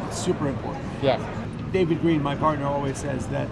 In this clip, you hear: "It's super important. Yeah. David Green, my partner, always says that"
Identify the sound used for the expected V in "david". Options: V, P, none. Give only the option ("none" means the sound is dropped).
V